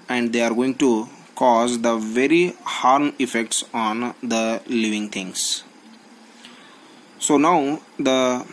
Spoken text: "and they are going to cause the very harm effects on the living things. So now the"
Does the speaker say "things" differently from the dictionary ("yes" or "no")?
yes